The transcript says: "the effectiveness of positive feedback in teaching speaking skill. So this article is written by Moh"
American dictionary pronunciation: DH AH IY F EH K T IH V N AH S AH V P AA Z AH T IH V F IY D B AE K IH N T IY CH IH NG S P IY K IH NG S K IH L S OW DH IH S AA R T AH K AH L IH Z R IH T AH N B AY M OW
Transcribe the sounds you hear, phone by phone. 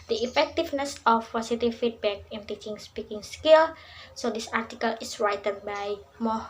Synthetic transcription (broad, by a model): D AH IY F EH K T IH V N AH S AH F P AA S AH T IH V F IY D B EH K IH N T IY CH IH NG S P IY K IH NG S K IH L S OW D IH S AA R T AH K AH L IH S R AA T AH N B AY M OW